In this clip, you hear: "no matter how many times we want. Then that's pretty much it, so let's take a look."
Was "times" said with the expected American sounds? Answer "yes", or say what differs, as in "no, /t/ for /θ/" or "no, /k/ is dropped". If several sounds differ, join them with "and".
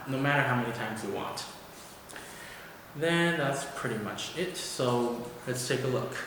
yes